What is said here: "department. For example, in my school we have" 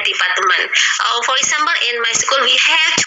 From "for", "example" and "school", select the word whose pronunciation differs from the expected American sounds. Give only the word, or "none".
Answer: example